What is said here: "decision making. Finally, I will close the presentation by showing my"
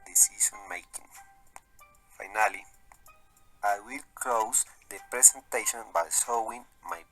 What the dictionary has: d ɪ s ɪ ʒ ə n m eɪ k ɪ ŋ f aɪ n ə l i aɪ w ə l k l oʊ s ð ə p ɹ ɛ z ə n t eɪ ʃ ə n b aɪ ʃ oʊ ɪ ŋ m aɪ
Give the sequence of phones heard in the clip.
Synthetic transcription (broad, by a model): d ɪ s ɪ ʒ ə n m eɪ k ɪ ŋ f aɪ n ə l i aɪ w ə l k l oʊ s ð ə p ɹ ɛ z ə n t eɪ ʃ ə n b aɪ s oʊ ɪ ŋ m aɪ